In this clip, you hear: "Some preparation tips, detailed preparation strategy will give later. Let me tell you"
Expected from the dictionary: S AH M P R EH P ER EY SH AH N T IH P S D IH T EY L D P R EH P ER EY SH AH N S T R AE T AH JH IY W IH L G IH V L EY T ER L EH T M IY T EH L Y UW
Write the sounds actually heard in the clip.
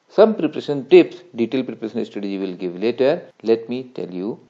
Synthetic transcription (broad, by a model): S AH M P R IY P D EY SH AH N T IH P S D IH T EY L P R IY P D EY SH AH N S T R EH T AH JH IY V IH L G IH V L EY T ER L EH T M IY T EH L Y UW